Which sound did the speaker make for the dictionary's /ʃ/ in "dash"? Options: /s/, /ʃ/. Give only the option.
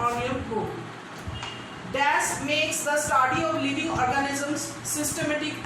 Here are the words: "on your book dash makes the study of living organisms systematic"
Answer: /s/